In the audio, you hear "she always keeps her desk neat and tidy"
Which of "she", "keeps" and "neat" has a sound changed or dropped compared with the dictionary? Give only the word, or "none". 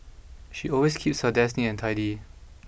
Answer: neat